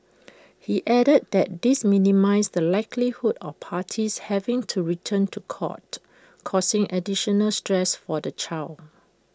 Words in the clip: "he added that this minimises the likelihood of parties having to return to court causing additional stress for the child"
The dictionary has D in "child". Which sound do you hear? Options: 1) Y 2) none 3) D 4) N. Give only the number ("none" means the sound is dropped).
2